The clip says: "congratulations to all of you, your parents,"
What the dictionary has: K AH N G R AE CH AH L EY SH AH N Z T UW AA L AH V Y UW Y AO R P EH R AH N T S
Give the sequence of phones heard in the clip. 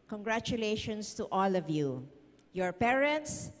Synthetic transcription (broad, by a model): K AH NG G R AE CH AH L EY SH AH N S T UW AA L AH V Y UW Y AO R P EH R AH N T S